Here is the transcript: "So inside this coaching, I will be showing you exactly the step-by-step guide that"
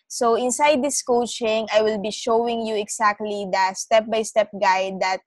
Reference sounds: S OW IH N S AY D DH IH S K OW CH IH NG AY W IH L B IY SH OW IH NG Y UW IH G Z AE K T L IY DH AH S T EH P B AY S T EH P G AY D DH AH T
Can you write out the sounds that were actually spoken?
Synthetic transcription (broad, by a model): S OW IH N S AY D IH S K OW CH IH NG AY W IH L B IY SH OW IH NG Y UW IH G S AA K T L IY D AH S T EH P B AY S T EH P G AY D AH T